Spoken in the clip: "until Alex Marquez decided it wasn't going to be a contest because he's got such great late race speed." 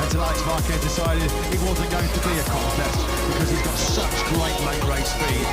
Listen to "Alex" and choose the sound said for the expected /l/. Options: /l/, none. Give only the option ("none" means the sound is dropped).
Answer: none